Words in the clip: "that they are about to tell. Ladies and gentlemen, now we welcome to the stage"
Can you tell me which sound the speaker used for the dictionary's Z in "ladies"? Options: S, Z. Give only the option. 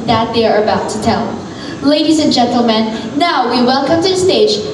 Z